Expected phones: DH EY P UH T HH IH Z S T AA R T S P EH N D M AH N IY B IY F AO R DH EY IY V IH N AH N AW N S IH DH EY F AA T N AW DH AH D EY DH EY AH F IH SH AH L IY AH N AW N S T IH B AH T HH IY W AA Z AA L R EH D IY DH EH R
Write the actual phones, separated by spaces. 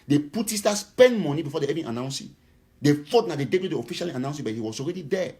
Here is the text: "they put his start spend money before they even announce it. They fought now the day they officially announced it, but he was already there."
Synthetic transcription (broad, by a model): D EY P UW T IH S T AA S P EH N D M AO N IY B IY F AO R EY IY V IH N AH N AW N S IH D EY F AA T N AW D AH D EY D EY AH F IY SH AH L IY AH N AW N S IH B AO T HH IY W AA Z AA L R EH D IY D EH